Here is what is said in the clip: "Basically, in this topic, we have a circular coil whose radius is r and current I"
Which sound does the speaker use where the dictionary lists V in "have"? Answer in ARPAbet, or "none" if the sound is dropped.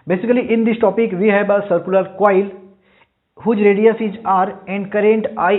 B